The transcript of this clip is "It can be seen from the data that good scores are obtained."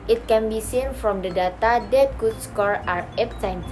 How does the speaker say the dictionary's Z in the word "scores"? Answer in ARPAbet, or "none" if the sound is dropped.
none